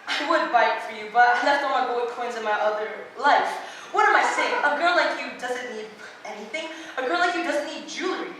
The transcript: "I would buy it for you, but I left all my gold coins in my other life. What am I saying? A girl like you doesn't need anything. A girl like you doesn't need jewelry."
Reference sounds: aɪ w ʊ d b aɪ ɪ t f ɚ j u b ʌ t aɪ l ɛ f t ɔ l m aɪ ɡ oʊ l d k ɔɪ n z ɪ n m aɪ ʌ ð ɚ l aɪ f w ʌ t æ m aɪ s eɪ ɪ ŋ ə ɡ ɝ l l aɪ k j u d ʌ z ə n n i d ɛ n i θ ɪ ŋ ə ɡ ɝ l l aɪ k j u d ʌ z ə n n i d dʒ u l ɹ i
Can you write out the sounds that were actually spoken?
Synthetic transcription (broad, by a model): aɪ w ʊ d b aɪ ɪ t f ɚ j u b ʌ t aɪ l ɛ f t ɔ m aɪ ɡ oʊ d k ɔɪ n z ɪ n m aɪ ʌ ð ɚ l aɪ f w ʌ t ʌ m aɪ s eɪ ɪ ŋ ə ɡ ɝ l l aɪ k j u d ʌ z ə n n i d ɛ n i θ ɪ ŋ ə ɡ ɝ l l aɪ k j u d ʌ z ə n n i d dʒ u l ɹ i